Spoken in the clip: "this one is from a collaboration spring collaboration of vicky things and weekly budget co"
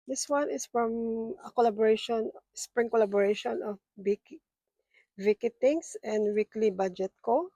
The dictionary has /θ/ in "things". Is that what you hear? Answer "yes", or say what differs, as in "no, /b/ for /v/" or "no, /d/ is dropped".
no, /t/ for /θ/